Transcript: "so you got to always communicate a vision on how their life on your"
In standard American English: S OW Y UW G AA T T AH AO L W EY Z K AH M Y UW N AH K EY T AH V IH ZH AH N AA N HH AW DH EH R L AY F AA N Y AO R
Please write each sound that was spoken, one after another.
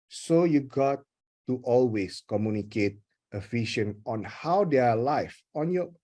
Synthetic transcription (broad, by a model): S OW Y UW G AA T T AO L W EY S K AH M Y UW N AH K EY T AH F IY SH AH N AA N HH AW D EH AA L AY F AA N Y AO